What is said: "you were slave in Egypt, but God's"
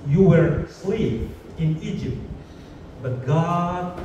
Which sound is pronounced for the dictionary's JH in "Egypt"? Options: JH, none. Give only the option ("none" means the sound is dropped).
JH